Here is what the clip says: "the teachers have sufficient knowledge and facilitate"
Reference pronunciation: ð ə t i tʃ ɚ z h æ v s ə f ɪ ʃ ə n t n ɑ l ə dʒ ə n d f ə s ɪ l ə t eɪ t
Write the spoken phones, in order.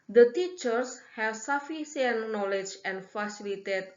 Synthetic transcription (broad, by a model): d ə t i tʃ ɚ s h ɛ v s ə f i s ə n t n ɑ l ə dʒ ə n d f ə s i l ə t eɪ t